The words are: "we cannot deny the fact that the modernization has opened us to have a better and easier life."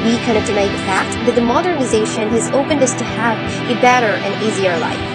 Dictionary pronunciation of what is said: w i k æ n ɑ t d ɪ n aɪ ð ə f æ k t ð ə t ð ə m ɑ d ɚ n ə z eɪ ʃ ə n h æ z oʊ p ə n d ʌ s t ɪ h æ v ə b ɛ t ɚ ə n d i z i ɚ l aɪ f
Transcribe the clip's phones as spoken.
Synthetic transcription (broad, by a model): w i k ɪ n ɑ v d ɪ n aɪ ð ə f æ k t ð ə t ð ə m ɑ d ɚ n ə z eɪ ʃ ə n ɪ z oʊ p ə n d ʌ s t ɪ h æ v ə b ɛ t ɚ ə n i z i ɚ l aɪ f